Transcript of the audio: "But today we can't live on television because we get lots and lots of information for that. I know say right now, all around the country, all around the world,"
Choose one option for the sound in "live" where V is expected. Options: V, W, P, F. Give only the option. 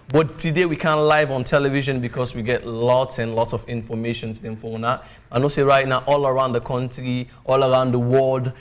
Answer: V